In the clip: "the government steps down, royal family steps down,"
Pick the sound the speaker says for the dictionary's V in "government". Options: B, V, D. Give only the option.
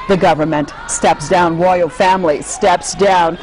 V